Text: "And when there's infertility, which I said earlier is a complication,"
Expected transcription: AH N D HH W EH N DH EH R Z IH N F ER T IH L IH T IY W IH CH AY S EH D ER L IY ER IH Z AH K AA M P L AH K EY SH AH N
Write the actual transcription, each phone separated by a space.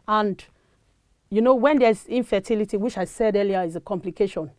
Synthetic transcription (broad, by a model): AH N D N W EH N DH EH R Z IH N F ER T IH L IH T IY W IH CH AY S EH D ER L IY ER IH Z AH K AA M P L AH K EY SH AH N